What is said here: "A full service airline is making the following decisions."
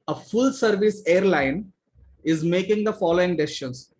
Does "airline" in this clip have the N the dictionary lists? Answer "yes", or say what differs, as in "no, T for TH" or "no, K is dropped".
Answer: yes